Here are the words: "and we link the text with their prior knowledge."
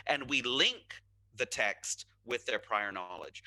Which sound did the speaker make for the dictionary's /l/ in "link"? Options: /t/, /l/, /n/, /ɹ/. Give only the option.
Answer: /l/